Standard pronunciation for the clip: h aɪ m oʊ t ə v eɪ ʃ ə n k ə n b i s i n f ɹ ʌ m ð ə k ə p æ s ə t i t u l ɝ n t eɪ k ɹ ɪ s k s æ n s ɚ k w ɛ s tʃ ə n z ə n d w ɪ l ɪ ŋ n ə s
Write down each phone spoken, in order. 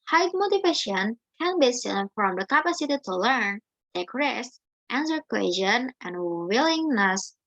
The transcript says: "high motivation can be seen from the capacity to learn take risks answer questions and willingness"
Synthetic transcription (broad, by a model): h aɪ m oʊ t ə v eɪ ʃ ə n k ə n b i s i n f ɹ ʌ m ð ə k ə p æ s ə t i t u l ɝ n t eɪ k ɹ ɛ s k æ n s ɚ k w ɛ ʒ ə n ə n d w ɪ l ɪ ŋ n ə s